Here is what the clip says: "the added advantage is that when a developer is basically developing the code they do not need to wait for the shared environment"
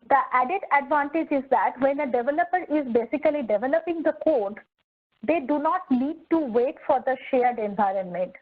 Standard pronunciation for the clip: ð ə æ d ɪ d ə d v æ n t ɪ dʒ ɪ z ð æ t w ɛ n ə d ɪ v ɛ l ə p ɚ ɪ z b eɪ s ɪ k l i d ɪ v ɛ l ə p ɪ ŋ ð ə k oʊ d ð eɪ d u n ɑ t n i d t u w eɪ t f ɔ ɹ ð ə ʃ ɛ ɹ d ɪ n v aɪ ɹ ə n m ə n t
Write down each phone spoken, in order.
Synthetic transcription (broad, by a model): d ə æ d ɪ d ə d v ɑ n t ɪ dʒ ɪ z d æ t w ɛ n ə d ɪ v ɛ l ə p ɚ ɪ z b eɪ s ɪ k l i d ɪ v ɛ l ə p ɪ ŋ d ə k oʊ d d eɪ d u n ɑ t l i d t u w eɪ t f ɔ ɹ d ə ʃ ɛ ɹ d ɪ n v aɪ ɹ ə n m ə n t